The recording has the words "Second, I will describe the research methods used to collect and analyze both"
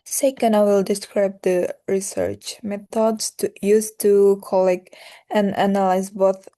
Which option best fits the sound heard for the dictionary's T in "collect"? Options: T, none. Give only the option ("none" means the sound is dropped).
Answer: none